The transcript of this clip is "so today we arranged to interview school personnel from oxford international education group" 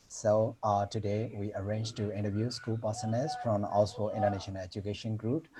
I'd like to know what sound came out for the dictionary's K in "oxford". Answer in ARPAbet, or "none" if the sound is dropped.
none